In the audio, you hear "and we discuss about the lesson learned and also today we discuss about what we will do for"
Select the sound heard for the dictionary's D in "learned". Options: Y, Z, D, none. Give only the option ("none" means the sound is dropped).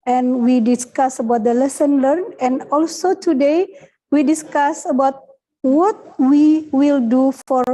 none